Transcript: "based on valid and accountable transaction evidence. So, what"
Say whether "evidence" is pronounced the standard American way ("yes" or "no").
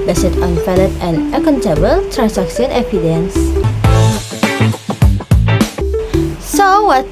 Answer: no